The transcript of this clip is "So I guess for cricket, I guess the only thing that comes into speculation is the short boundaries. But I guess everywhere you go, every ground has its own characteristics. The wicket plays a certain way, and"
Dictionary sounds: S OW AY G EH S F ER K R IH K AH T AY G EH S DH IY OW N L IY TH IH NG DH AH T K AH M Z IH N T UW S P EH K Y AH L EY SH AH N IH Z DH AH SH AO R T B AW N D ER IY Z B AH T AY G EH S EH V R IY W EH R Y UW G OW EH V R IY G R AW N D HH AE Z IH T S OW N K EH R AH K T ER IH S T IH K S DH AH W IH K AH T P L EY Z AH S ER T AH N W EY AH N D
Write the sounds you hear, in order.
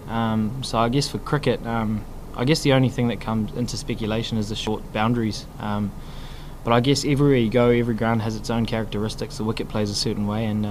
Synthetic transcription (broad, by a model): S OW AY G EH S F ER K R IH K AH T AY G EH S DH IY OW N L IY TH IH NG DH AH T K AH M Z IH N T UW S P EH K Y AH L EY SH AH N IH Z DH AH SH AO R T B AW N D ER IY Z B AH T AY G EH S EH V R IY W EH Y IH G OW EH V R IY G R AW N D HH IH Z IH T S OW N K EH R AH K T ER IH S T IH K S DH AH W IH K AH T P L EY Z AH S ER T N W EY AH N